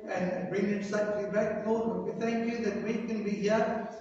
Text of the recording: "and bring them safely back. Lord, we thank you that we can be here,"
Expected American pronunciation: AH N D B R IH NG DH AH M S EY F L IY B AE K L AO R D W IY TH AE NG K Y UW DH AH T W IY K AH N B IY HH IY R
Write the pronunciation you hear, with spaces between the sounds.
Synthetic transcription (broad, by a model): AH N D B R IH NG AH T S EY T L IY B AE K N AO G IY TH AE NG K Y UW DH AH T W IY K AH N B IY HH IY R